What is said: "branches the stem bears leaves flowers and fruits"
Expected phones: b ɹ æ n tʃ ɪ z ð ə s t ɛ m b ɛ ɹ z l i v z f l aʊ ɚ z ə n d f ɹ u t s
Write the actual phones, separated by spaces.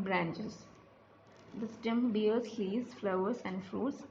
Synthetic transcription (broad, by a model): b ɹ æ n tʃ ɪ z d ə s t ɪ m b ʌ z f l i z f l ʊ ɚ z ə n d f ɹ u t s